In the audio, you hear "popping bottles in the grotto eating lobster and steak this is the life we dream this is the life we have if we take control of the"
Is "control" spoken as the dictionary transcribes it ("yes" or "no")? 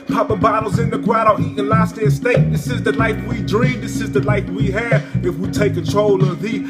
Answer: yes